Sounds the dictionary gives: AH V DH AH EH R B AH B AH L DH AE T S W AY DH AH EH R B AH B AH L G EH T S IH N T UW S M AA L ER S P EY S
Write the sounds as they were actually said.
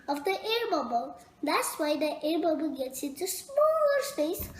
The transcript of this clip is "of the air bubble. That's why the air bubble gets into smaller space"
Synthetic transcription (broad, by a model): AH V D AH EH R B AH B AH L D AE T S W AY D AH EH R B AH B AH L G EH T S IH T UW S M AA L ER S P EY S